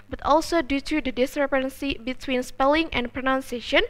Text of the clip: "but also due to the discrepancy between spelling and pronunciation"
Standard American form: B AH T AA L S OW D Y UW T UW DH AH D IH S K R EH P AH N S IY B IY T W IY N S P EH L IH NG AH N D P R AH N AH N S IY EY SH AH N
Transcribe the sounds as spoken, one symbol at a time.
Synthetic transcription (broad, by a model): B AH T AA L S OW D Y UW T UW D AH D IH S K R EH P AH N S IY B IY T W IY N S P EH L IH NG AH N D P R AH N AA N S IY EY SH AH N